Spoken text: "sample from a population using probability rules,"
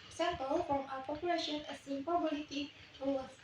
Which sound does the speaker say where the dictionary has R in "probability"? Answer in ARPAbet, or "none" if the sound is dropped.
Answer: none